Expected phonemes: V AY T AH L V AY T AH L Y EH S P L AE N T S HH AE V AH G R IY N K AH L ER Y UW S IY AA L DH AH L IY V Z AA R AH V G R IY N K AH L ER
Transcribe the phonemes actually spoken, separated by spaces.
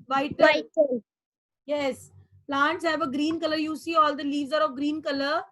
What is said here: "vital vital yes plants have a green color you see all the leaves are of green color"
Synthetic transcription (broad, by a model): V AY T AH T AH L Y EH S P L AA N T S HH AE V AH G R IY N K AH L ER Y UW S IY AA L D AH L IY V Z AA R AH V G R IY N K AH L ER